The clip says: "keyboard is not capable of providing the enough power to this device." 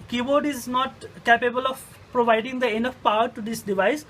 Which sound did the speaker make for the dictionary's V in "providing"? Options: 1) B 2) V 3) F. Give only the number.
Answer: 2